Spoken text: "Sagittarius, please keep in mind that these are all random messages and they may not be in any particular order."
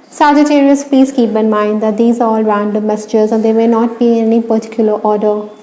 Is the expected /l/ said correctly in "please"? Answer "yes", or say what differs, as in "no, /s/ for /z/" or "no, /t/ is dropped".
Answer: no, /l/ is dropped